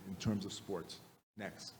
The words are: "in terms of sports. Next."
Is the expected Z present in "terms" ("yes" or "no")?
yes